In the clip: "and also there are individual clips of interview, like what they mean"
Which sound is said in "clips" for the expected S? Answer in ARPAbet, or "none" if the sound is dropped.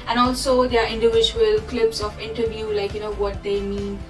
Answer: S